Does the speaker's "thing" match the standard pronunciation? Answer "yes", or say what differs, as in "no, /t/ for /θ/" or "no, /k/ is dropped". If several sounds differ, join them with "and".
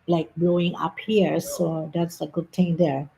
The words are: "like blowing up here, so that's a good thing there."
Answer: no, /t/ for /θ/